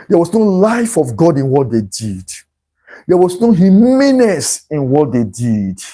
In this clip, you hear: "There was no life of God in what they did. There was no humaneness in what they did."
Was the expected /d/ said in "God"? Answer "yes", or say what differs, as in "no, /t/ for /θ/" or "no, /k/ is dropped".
yes